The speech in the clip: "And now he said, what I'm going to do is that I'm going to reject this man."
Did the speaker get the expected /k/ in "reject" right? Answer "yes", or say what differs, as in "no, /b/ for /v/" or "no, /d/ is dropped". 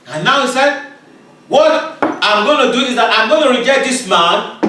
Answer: no, /k/ is dropped